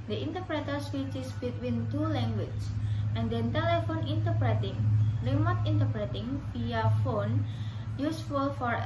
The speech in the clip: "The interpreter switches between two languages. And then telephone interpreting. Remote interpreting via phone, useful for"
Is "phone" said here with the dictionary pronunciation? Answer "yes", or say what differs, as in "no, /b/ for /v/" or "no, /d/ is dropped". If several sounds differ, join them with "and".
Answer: yes